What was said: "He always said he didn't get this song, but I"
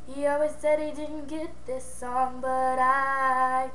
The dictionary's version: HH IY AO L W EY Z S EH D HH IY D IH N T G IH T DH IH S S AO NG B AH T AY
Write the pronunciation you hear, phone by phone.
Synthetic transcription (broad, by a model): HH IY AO W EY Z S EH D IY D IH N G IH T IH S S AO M B AH T AY